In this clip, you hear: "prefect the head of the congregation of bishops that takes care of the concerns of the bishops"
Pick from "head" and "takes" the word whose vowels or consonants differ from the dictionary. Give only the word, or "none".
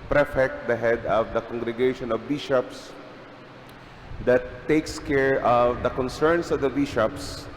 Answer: none